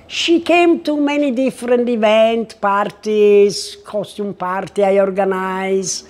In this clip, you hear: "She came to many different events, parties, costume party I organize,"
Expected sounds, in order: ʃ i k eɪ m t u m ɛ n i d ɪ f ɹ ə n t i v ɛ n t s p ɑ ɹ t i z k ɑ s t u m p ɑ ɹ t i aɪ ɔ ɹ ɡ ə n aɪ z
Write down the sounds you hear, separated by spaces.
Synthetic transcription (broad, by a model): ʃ i k eɪ m t u m ɛ n i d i f ɹ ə n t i v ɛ n t p ɑ ɹ t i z k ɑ s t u m p ɑ ɹ t i aɪ ɔ ɹ ɡ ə n aɪ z